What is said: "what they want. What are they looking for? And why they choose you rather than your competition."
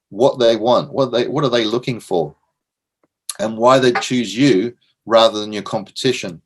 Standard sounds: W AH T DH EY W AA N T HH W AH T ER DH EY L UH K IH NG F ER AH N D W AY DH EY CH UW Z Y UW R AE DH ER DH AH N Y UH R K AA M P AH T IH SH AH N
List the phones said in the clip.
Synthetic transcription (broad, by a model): W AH T DH EY W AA N T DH W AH T ER DH EY L UH K IH NG F ER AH N W AY DH EY CH UW Z Y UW R AE DH ER DH AH N Y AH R K AA M P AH T IH SH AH N